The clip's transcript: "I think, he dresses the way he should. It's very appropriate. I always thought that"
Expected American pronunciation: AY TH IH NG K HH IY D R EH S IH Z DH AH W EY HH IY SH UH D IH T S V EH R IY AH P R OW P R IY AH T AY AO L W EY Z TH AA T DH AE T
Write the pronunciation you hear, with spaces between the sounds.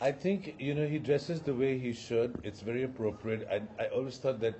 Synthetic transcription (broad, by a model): AY T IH NG K HH IY D R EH S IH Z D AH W EY HH IY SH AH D IH T S V EH R IY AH P R OW P R IY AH T AY AO L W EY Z T AA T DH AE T